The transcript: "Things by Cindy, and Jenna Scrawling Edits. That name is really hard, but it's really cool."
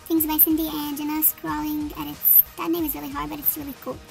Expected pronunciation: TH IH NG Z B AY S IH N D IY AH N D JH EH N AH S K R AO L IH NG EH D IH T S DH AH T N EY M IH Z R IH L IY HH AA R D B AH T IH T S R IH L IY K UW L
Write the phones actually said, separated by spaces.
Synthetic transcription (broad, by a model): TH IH NG Z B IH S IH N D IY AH N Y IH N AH S K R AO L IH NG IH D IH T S DH AH T N EY M IH Z R IH L IY HH AA R D B AH T IH T S R IH L IY K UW L